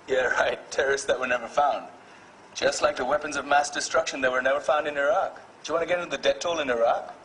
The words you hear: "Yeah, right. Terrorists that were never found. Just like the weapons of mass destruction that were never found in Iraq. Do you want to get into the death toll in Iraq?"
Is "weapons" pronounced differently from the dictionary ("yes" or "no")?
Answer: no